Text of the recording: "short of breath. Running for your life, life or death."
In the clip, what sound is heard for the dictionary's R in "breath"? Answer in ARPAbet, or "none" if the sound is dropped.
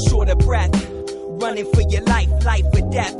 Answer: R